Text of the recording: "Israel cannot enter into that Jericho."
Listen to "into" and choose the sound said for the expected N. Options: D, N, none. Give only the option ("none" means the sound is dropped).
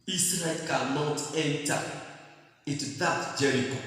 none